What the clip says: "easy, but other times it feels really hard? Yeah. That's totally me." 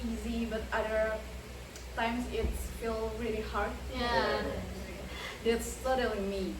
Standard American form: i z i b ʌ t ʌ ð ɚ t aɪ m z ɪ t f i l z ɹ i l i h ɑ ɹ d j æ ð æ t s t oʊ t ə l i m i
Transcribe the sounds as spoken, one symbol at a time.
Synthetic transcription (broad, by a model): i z i b ʌ t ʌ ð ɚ t aɪ m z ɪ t f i l ɹ i l i h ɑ ɹ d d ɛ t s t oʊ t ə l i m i